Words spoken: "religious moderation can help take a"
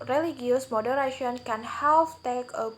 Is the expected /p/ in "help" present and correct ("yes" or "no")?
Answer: no